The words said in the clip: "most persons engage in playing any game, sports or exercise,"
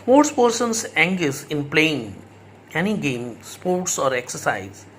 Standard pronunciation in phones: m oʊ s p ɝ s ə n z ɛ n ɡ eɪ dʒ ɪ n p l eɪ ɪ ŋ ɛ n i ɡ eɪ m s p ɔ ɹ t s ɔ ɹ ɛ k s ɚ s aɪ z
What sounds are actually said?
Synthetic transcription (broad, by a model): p oʊ s p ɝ s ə n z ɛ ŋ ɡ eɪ z ɪ n p l eɪ ɪ ŋ ɛ n i ɡ eɪ m s p ɔ ɹ t s ɔ ɹ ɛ k s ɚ s aɪ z